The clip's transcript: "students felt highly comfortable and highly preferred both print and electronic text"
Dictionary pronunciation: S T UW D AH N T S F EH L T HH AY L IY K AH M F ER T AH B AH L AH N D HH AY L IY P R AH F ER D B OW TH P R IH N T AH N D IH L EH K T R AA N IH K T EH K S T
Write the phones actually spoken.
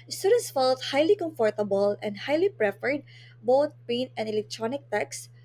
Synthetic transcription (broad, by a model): S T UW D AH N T S F EH L T HH AY L IY K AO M F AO T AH B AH L AH N D HH AY L IY P R AH F ER D B OW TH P EH N AH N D IH L EH K T R AA N IH K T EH K S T